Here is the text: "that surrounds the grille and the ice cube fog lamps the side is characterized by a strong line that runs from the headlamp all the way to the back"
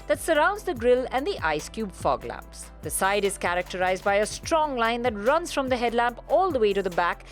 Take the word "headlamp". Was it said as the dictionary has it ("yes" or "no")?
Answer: yes